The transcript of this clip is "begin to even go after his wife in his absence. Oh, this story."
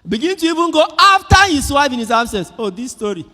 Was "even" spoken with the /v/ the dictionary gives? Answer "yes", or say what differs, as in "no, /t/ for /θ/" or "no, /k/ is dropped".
no, /b/ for /v/